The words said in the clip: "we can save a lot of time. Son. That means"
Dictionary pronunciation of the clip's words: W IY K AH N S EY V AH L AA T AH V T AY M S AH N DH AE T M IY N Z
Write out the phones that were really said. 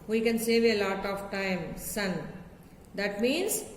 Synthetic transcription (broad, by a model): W IY K AH N S EY V AH L AA T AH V T AY M S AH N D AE T M IY N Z